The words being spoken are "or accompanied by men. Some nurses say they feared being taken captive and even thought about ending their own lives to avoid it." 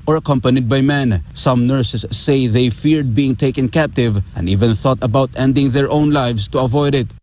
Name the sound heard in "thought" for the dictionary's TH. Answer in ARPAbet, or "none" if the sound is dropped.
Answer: TH